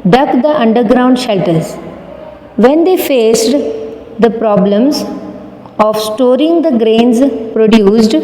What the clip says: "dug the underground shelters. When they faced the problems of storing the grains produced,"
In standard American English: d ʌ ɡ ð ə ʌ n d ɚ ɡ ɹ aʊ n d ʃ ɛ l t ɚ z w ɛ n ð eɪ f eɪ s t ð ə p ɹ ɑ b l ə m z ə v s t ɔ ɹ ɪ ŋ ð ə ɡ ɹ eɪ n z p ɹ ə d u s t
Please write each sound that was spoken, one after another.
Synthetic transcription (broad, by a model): d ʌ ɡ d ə ʌ n d ɚ ɡ ɹ aʊ n d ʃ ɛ l t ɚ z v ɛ n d eɪ f eɪ s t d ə p ɹ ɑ b l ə m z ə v s t ɔ ɹ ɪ ŋ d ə ɡ ɹ eɪ n z p ɹ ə d u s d